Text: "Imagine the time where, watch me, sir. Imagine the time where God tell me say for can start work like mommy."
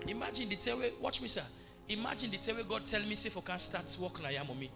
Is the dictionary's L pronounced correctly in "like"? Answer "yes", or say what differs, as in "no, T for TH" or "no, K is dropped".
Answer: no, N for L